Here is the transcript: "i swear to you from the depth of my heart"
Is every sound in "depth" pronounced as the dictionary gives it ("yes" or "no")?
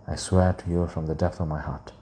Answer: yes